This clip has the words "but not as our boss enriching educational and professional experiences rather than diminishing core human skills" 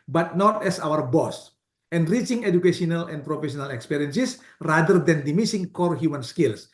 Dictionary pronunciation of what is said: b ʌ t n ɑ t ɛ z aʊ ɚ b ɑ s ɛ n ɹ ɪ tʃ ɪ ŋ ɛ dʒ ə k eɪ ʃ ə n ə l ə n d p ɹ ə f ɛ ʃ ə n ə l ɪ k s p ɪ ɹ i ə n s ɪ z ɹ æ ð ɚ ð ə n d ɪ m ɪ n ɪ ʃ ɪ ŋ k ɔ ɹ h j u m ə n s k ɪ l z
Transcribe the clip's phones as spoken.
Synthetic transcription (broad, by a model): b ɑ t n ɑ t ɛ s aʊ ɚ b ɑ s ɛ n ɹ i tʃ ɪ ŋ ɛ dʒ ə k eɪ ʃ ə n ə l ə n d p ɹ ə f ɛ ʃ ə n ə l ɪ k s p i ɹ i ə n s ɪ s ɹ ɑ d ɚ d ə n d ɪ m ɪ s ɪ ŋ k ɔ ɹ h j u m ə n s k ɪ l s